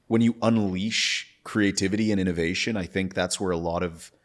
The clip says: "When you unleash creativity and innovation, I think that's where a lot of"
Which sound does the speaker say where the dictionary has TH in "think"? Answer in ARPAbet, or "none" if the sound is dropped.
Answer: TH